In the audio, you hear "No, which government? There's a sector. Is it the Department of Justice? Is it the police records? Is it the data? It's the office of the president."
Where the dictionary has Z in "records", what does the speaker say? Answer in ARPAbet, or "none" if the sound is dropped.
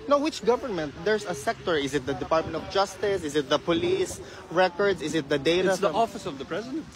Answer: S